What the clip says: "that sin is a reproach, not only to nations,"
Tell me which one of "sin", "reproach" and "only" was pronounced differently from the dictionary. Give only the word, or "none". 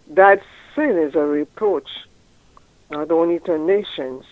only